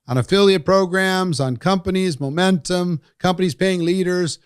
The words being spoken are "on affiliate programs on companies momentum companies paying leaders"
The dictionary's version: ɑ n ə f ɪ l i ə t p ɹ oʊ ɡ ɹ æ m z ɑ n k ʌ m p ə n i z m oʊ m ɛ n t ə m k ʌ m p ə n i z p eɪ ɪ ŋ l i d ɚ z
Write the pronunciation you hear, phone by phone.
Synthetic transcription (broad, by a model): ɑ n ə f ɪ l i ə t p ɹ oʊ ɡ ɹ æ m z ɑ n k ʌ m p ə n i z m oʊ m ɛ n t ə m k ʌ m p ə n i z p eɪ ɪ ŋ l i d ɚ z